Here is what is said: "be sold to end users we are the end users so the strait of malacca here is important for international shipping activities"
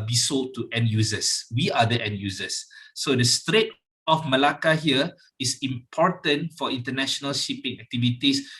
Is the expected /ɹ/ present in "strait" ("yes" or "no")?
yes